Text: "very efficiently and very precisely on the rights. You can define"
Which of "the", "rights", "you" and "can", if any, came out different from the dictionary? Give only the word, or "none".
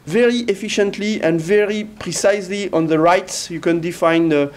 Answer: none